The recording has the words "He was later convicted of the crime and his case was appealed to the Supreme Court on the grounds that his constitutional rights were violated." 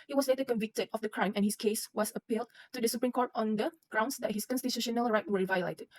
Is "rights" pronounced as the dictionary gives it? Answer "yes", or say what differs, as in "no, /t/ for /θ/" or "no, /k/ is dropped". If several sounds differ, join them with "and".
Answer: no, /s/ is dropped